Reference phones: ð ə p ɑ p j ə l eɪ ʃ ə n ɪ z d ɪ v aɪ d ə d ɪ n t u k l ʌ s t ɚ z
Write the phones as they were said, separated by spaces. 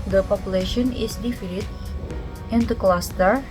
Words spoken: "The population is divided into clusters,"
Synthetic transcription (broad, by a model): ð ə p ɑ p j ə l eɪ ʃ ə n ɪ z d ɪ f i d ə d ɪ n t u k l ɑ s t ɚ